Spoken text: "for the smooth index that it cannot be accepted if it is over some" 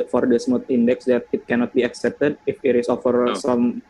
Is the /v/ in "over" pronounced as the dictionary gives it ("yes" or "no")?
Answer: no